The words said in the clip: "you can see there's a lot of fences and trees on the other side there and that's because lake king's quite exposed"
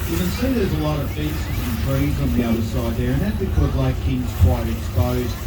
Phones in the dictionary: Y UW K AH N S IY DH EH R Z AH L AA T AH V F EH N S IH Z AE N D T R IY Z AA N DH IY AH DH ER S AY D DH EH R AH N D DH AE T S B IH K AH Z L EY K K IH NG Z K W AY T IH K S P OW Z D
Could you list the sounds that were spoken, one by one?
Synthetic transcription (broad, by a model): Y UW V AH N S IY DH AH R Z AH L AA T AH V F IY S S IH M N T R IY Z N DH IY AH DH ER S AY D DH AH R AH N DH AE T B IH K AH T L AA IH K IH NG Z K W AY T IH K S P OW Z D